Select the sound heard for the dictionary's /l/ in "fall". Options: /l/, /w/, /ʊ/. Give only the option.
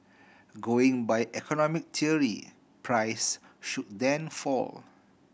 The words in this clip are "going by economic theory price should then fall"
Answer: /l/